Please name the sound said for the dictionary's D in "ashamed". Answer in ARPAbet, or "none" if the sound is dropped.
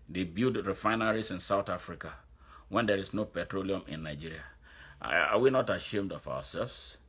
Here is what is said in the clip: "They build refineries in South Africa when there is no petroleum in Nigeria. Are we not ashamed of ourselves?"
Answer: D